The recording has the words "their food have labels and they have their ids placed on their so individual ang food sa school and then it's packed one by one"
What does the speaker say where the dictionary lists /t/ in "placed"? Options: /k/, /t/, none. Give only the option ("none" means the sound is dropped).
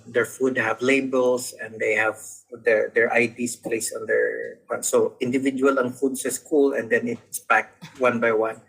none